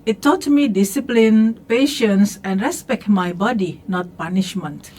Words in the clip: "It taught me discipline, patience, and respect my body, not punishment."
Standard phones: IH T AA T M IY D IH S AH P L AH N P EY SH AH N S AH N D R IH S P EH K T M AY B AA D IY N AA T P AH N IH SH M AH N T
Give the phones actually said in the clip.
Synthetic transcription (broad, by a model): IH T AA T M IY D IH S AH P L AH N P EY SH AH N S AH N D R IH S P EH K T M AY B AA D IY N AA T P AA N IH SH M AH N T